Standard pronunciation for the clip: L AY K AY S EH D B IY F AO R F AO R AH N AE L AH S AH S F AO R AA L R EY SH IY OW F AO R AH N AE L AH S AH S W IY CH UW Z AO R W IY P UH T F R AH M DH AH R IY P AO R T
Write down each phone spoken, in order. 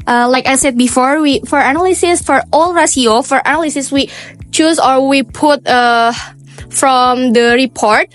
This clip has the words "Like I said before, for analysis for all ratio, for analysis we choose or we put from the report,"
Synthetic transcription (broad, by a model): L AY K AY S EH D B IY F AO R F AO R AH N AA L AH S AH S F AO R AA L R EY S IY OW F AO R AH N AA L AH S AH S W IY CH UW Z AO R W IY P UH T F R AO M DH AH R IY P AO R T